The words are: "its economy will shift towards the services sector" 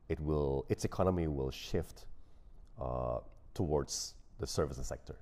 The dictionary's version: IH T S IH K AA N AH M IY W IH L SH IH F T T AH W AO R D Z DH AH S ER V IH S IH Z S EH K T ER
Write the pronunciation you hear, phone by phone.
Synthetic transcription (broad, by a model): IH T S IH K AA N AH M IY W IH L SH IH F T T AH W AO R D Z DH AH S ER V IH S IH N S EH K T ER